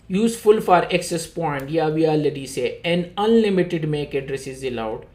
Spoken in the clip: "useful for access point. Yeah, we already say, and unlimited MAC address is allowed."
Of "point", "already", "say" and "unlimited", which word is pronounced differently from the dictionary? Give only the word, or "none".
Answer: already